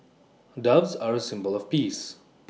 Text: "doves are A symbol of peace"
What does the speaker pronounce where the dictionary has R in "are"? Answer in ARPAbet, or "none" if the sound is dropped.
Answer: R